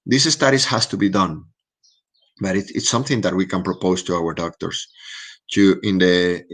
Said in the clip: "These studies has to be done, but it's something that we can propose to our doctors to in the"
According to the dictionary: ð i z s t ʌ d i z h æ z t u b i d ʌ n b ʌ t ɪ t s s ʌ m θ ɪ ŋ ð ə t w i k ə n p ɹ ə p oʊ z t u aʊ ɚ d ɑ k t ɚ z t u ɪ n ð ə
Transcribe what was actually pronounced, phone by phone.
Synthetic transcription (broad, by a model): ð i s s t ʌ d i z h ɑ s t u b i d ʌ n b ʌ t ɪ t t s ʌ m θ ɪ ŋ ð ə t w i k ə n p ɹ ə p oʊ s t u aʊ ɚ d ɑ k t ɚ s t u ɪ n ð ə